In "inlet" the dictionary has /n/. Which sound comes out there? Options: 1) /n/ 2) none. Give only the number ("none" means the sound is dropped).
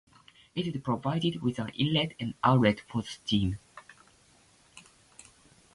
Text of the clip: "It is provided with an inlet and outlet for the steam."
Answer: 2